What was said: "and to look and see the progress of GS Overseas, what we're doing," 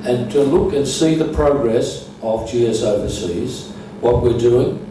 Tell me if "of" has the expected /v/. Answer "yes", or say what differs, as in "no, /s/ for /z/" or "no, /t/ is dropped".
yes